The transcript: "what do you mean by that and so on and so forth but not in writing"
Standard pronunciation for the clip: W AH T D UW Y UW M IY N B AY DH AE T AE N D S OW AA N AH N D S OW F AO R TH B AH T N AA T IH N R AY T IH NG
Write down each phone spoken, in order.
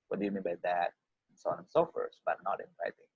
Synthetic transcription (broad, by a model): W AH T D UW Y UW M IY N B AY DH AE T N S OW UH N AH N S OW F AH R S B AH T N AA T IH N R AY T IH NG